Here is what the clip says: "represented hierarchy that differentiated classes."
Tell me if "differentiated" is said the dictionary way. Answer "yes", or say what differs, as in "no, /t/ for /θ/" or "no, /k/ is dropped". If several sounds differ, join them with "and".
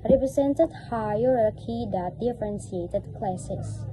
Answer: no, /s/ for /ʃ/